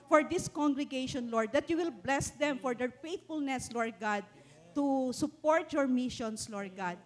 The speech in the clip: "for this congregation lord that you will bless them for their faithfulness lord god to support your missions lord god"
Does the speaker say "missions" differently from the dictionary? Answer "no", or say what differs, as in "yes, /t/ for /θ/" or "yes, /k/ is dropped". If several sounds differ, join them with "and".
yes, /s/ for /z/